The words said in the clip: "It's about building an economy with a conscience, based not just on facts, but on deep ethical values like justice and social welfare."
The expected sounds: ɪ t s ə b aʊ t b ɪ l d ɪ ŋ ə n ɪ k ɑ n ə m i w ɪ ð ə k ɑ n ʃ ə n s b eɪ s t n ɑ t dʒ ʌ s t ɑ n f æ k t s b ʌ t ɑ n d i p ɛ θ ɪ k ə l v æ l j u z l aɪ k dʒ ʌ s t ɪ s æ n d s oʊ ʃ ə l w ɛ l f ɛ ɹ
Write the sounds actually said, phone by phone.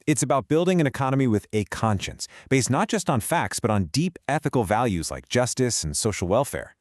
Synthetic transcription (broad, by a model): ɪ t s ə b aʊ t b ɪ l d ɪ ŋ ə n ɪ k ɑ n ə m i w ɪ ð ə k ɑ n ʃ ə n s b eɪ s t n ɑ t dʒ ʌ s t n f æ k t s b ʌ t n d i p ɛ θ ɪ k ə l v æ l j u z l aɪ k dʒ ʌ s t ɪ s n s oʊ ʃ l w ɛ l f ɛ ɹ